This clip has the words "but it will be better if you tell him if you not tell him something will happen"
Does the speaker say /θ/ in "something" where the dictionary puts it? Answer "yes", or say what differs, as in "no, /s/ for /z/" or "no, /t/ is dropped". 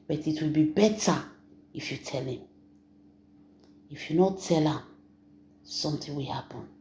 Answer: no, /t/ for /θ/